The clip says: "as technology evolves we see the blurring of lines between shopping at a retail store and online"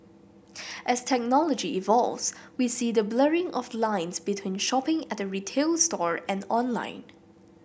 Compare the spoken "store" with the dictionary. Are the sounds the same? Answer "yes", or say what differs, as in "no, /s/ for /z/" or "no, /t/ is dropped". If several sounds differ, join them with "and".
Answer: yes